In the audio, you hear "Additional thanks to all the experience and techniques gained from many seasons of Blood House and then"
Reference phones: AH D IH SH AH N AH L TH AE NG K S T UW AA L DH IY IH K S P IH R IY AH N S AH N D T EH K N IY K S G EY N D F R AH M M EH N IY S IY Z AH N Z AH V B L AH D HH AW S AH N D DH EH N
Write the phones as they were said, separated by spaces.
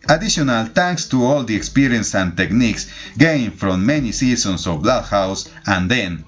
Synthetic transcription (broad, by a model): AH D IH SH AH N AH L T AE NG K S T UW AA L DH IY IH K S P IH R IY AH N S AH N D T EH K N IY K S G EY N F R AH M M EH N IY S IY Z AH N S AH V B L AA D HH AW S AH N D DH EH N